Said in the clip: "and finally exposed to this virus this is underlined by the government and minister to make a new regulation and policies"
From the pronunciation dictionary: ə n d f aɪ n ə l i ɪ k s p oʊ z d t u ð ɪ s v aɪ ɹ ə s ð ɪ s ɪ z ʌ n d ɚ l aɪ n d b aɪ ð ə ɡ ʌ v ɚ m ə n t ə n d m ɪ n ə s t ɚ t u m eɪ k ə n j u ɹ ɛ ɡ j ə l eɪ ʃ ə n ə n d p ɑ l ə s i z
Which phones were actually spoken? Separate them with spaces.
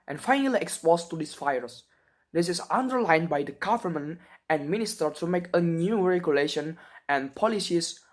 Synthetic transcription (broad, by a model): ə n f aɪ n ə l i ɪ k s p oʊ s t u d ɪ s f aɪ ɹ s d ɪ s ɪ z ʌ n d ɚ l aɪ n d b aɪ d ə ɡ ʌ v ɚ m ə n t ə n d m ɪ n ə s t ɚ t u m eɪ k ə n j u ɹ ɛ ɡ j ə l eɪ ʃ ə n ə n p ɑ l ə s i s